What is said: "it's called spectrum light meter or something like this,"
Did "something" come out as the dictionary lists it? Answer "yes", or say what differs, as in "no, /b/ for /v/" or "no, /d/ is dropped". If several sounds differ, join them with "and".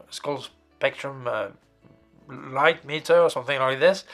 yes